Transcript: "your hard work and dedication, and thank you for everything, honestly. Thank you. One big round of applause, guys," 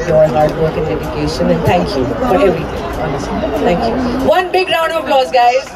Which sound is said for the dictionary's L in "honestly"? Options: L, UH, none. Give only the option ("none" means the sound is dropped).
none